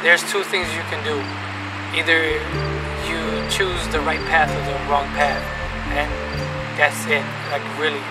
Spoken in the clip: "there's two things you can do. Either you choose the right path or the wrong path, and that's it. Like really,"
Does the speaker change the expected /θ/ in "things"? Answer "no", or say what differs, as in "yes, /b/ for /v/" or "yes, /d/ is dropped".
no